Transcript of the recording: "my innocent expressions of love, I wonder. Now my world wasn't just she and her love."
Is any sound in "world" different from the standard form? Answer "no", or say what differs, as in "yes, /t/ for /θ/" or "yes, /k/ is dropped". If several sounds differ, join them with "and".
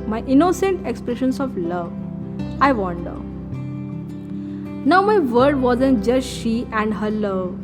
yes, /l/ is dropped